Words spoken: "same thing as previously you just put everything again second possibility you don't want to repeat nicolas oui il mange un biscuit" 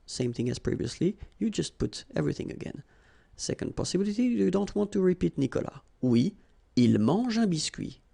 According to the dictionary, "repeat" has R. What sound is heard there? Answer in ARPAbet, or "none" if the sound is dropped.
R